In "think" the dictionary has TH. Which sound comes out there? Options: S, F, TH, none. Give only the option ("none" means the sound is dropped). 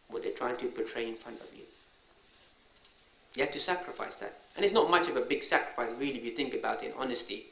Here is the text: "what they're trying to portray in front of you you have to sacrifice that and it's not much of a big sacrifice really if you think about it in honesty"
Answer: TH